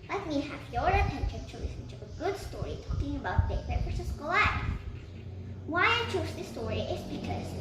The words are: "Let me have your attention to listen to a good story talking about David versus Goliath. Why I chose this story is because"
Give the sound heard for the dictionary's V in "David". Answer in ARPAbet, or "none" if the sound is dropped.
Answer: P